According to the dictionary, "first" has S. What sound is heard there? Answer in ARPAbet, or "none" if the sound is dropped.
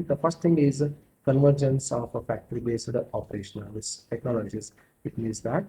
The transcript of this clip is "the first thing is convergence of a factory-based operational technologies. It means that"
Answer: S